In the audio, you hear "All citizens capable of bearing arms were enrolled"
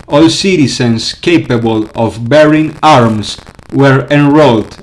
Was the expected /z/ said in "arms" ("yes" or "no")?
no